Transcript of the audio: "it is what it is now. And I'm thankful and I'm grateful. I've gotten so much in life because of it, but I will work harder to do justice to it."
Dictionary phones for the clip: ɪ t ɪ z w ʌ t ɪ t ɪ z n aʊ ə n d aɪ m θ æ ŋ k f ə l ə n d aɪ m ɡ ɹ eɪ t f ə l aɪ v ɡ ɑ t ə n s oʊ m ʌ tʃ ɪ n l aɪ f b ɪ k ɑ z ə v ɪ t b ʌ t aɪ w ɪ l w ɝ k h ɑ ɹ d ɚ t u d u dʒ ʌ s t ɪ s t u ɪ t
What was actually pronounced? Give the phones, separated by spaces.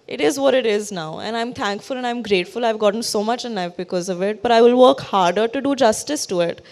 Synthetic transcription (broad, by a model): ɪ t ɪ z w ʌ t ɪ t ɪ z n aʊ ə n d aɪ m t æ ŋ k f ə l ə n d aɪ m ɡ ɹ eɪ t f ə l aɪ v ɡ ɑ t ə n s oʊ m ʌ tʃ ɪ n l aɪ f b ɪ k ɑ z ə v ɪ t b ʌ t aɪ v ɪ l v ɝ k h ɑ ɹ d ɚ t u d u dʒ ʌ s t ɪ s t u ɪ t